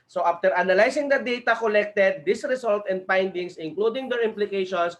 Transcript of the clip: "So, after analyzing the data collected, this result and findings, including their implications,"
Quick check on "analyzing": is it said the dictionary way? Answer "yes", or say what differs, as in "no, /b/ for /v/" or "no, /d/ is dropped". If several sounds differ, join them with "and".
no, /s/ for /z/